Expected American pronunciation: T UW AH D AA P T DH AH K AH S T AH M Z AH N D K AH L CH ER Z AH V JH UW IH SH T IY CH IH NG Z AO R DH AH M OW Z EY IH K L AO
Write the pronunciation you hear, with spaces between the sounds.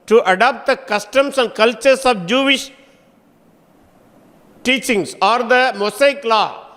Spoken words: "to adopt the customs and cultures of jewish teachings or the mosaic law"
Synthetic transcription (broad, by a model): T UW AH D AA P T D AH K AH S T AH M S AH N D K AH L CH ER S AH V JH UW IH SH T IY CH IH NG S AO R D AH M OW S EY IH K L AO